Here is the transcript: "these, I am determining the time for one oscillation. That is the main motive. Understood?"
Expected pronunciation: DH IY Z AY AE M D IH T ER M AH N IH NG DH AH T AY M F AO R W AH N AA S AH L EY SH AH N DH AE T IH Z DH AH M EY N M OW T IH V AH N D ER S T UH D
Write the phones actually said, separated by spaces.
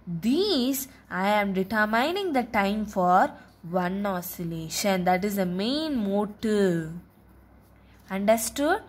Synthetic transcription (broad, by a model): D IY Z AY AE M D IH T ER M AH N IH NG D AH T AY M F AO R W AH N AA S AH L EY SH AH N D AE T IH Z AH M EY N M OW T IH AH N D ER S T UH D